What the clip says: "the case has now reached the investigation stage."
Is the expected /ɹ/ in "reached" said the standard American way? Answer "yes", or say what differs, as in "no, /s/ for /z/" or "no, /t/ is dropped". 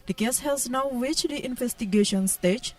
no, /w/ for /ɹ/